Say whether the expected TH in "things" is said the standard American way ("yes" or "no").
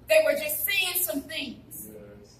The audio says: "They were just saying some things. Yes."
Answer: yes